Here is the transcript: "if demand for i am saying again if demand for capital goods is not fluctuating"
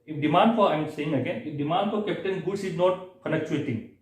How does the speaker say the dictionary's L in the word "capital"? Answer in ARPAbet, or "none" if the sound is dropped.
N